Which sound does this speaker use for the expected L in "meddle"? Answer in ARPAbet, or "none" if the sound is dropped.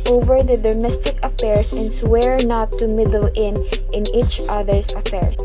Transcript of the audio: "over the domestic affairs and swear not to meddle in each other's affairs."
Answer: N